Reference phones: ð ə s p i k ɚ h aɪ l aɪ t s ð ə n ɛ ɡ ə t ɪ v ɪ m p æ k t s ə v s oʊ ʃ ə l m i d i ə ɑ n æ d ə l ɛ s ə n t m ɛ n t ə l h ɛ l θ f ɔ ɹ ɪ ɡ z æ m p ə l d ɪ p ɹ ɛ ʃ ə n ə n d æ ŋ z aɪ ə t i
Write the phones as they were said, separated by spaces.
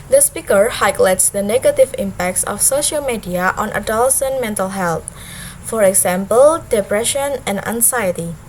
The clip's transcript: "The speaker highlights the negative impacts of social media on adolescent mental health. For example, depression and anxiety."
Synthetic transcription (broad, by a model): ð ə s p i k ɚ h aɪ l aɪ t s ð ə n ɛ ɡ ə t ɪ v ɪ m p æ k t s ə f s oʊ ʃ ə l m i d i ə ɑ n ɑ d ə l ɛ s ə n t m ɛ n t ə l h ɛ l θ f ɔ ɹ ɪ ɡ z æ m p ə l d ɪ p ɹ ɛ ʃ ə n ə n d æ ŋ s aɪ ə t i